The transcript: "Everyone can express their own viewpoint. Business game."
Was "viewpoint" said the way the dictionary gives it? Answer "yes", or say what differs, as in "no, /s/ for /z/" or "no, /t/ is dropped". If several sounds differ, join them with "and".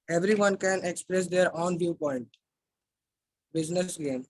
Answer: yes